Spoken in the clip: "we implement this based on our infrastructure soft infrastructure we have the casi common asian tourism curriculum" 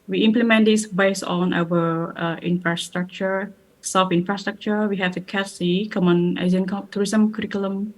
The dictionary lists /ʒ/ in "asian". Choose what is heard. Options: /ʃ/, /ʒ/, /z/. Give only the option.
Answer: /z/